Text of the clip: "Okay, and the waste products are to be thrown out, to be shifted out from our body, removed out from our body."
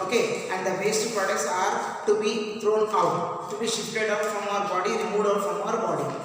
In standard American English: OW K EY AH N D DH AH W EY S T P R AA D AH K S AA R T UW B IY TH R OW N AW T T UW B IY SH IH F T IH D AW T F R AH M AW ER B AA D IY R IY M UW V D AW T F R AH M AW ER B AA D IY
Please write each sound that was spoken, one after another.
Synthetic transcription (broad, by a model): OW K EY AH N D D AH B EY S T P R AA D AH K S AA R T UW B IY T R OW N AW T T UW B IY SH IH F T IH D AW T F R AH M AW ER B AA D IY R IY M UW D AW T F R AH M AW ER B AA D IY